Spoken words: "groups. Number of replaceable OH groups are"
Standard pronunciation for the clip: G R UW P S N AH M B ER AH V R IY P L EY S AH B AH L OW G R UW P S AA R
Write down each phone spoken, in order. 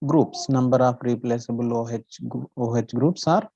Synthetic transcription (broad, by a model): G R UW P S N AH M B ER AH P R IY P L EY S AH B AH L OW G R UW P S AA R